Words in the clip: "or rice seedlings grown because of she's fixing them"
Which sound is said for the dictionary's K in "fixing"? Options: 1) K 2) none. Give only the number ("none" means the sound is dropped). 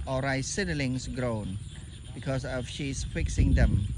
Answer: 1